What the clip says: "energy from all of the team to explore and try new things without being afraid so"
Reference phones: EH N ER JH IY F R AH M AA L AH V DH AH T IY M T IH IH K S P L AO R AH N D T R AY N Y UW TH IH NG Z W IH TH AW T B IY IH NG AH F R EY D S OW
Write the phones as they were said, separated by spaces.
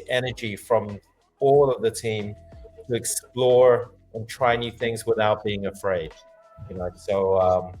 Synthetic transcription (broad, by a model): EH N ER JH IY F R AH M AA L AH V DH AH T IY M T IH IH K S P L AO R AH N T R AY N Y UW TH IH NG Z W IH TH AW T B IY IH NG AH F R EY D S OW